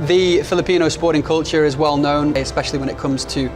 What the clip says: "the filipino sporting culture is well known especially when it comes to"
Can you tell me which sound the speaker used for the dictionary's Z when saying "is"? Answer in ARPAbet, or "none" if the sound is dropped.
Z